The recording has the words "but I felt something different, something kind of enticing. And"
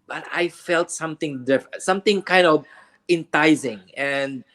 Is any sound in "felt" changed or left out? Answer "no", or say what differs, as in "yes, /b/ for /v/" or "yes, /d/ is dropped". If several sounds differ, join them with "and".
no